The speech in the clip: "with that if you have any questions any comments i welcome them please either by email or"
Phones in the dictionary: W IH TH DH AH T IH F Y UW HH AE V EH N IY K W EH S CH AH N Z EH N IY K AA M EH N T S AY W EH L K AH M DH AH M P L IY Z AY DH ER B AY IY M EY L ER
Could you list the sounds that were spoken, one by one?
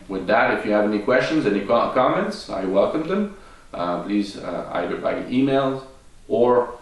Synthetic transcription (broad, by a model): W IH DH AH T IH F Y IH V EH N IY K W EH S CH AH N Z EH N IY K AA M EH N T S AY W EH L K AH M DH AH M P L IY Z AY DH ER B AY IY M EY L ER